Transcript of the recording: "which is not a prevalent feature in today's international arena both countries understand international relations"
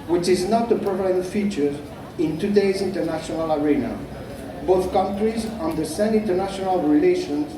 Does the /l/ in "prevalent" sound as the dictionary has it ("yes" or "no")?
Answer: no